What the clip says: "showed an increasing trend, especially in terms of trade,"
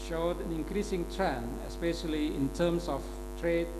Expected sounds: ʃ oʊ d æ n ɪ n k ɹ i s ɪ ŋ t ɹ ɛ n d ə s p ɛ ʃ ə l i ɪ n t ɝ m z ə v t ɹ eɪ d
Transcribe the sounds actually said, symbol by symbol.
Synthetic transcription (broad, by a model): ʃ oʊ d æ n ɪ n k ɹ i s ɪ ŋ t ɹ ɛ n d ə s p ɛ ʃ ə l i ɪ n t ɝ m s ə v t ɹ eɪ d